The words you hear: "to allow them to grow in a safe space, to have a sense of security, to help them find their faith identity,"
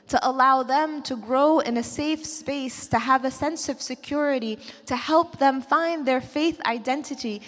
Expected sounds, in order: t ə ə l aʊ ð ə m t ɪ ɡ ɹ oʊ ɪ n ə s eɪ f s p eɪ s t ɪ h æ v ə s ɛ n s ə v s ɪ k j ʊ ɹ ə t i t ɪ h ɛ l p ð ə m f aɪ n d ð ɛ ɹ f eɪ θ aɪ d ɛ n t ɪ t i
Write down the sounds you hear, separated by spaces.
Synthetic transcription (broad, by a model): t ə ə l aʊ ð ə m t ɪ ɡ ɹ oʊ ɪ n ə s eɪ f s p eɪ s t ɪ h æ v ə s ɛ n s ə v s ɪ k j ʊ ɹ ə t i t ɪ h ɛ l p ð ə m f aɪ n ð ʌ ɹ f eɪ θ aɪ d ɛ n t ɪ t i